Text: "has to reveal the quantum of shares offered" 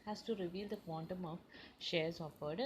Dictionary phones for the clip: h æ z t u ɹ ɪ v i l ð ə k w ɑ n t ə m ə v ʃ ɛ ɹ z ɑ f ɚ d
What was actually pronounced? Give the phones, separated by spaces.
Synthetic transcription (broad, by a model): h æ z t u ɹ ɪ v i l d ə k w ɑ n t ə m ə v ʃ ɛ ɹ z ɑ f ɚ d